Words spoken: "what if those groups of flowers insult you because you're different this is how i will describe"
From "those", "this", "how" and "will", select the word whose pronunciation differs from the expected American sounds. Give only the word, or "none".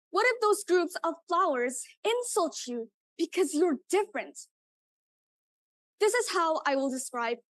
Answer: none